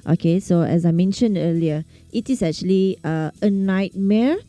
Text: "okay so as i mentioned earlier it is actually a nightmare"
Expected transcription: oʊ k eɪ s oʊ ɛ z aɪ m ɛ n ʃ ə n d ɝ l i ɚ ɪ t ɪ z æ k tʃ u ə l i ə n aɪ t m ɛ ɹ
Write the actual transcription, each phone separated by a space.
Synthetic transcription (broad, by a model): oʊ k eɪ s oʊ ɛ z aɪ m ɛ n ʃ ə n d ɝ l i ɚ ɪ t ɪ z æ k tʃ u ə l i ə n aɪ t m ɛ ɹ